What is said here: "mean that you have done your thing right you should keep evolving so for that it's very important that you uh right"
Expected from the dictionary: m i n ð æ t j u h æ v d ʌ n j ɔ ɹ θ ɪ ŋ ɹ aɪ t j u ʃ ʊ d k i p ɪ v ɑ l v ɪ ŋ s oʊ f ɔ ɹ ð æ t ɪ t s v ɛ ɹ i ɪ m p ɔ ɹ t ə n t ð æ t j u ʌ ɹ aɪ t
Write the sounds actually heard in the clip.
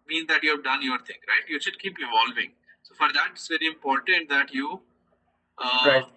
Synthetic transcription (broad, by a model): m i n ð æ t j u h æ v d ʌ n j ɔ ɹ t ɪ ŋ ɹ aɪ t j u ʃ ʊ d k i p ɪ v ɑ l v ɪ ŋ s oʊ f ɔ ɹ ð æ t ɪ t s v ɛ ɹ i ɪ m p ɔ ɹ t ə n t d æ t j u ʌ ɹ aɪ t